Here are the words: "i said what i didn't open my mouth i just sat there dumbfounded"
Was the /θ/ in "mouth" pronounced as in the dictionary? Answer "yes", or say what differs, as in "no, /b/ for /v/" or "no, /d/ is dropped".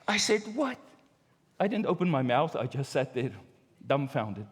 yes